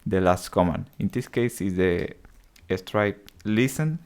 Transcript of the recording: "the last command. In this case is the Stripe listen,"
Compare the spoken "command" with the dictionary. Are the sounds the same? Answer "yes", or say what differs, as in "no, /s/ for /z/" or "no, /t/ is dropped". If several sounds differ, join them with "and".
no, /d/ is dropped